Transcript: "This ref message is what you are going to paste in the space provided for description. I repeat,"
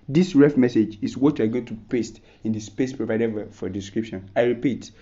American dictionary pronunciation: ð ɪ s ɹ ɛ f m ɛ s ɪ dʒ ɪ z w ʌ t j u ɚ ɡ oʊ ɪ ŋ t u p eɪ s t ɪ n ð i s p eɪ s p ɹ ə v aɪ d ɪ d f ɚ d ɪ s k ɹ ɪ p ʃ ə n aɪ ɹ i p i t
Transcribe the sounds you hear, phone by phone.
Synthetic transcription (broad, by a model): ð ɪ s ɹ ɛ f m ɛ s ɪ dʒ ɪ s w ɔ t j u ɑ ɡ oʊ ɪ ŋ t u p eɪ s t ɪ n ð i s p eɪ s p ɹ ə v aɪ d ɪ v f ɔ d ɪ s k ɹ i p ʃ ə n aɪ ɹ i p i t